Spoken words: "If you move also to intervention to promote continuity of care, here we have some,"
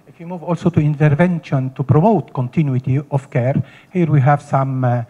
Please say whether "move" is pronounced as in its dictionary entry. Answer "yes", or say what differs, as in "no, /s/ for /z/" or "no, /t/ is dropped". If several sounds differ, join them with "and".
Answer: yes